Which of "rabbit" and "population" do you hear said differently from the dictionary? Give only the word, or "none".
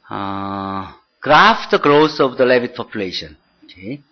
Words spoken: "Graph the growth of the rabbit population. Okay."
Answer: rabbit